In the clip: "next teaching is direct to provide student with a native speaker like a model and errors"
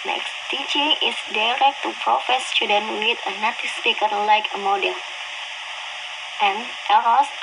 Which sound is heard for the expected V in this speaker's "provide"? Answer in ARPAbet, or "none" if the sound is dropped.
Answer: F